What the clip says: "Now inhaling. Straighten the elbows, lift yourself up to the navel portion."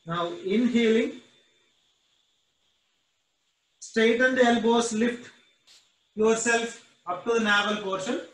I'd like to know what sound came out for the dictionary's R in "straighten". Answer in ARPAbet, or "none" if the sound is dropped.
none